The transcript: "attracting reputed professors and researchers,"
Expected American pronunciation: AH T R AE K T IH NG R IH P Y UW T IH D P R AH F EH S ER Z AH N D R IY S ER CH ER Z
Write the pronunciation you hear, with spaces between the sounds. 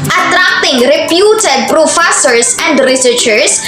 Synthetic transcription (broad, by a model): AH T R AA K T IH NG R IH P Y UW T IH D P R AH F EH S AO S AH N D R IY S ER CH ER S